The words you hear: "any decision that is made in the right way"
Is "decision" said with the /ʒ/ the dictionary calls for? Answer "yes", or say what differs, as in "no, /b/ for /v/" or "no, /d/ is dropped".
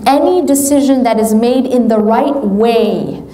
yes